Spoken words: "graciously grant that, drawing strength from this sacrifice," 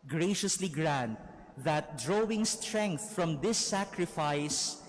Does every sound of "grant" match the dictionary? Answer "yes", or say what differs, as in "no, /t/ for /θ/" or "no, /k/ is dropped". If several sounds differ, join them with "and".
yes